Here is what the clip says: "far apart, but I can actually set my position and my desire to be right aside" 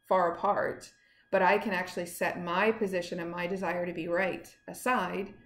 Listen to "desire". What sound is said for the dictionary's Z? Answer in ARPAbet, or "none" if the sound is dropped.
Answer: Z